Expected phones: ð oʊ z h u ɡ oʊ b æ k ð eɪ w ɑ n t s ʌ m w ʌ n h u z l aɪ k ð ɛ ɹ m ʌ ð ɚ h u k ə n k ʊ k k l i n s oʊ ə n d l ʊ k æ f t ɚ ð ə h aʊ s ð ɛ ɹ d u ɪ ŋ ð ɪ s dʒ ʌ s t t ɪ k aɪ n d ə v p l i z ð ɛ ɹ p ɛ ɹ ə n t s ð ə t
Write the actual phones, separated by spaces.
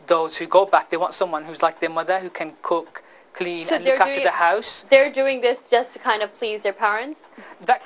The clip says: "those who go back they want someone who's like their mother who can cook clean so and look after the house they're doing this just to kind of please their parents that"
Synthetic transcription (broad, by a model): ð oʊ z h u ɡ oʊ b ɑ k ð eɪ w ɑ n t s ʌ m w ʌ n h u z l aɪ k ð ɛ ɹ m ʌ ð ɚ h u k ə n k ʊ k k l i n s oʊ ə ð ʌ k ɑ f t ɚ ð ə h aʊ s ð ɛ ɹ d u ɪ ŋ ð ɪ s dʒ ʌ s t t ɪ k aɪ n d ə v p l i z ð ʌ ɹ p ɛ ɹ ə n t s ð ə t